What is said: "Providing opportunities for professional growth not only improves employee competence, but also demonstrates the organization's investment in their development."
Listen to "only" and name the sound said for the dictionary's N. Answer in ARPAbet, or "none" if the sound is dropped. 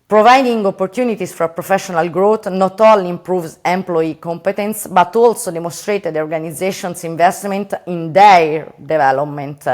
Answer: none